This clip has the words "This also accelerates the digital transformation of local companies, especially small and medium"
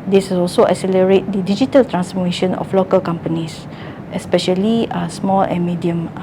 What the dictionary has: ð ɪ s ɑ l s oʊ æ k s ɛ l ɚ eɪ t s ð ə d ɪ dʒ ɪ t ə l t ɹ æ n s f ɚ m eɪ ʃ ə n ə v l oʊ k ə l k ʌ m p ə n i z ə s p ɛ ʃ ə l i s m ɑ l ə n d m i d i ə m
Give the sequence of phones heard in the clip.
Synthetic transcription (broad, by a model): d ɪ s ɑ l s oʊ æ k s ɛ l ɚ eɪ t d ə d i dʒ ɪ t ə l t ɹ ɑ n s f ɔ m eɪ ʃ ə n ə f l oʊ k ə l k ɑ m p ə n i s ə s p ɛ ʃ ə l i s m ɑ l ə n m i d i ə m